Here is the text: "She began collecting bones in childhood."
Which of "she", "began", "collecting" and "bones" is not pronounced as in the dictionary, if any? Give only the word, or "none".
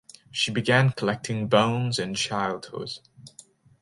none